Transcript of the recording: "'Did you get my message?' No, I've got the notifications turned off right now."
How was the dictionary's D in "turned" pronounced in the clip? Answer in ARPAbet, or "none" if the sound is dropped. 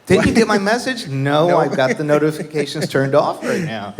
D